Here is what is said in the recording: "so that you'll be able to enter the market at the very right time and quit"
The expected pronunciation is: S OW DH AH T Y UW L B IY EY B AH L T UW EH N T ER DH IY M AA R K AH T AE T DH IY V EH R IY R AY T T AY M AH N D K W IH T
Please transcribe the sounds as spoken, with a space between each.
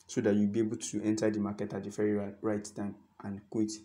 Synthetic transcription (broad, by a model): S OW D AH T Y UW L B IY EY B AH L T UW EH N T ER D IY M AA K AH T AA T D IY F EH R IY R AY T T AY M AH N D K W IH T